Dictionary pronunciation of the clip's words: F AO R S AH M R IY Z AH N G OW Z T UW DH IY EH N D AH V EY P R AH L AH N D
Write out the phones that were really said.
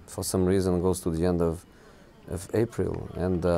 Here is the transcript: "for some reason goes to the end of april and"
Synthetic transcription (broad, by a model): F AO R S AH M R IY Z AH N G OW Z T UW DH IY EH N D AH V EY P R AH L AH N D